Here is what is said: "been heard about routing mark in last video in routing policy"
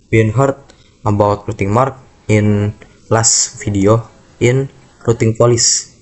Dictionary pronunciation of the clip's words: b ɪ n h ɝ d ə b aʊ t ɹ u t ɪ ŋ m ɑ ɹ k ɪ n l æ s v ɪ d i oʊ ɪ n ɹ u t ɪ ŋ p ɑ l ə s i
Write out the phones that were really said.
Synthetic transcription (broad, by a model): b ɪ n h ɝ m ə b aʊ t ɹ u t ɪ ŋ m ɑ ɹ k ɪ n l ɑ s f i d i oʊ ɪ n ɹ u t ɪ ŋ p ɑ l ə s